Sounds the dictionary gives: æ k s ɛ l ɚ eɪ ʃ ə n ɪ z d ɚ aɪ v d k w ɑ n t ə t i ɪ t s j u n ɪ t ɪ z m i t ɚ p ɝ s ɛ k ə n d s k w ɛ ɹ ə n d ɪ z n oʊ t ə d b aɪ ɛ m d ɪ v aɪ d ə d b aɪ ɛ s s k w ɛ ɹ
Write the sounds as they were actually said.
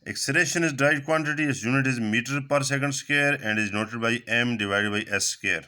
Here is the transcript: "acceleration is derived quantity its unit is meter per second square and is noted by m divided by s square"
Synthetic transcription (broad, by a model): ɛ k s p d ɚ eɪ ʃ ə n ɪ z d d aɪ d k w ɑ n t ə t i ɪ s j u n ɪ t ɪ z m i t ɚ p ɝ s ɛ k ə n d s k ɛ ɹ ə n d ɪ z n oʊ t ə d b aɪ ɛ m d ɪ v aɪ d ə d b aɪ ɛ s s k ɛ ɹ